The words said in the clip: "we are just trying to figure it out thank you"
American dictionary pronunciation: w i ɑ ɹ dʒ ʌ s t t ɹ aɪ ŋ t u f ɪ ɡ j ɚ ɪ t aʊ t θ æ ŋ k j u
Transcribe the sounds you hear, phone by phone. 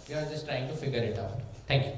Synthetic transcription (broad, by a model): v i ɑ ɹ dʒ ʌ s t t ɹ aɪ ŋ t u f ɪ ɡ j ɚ ɪ t aʊ t t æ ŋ k j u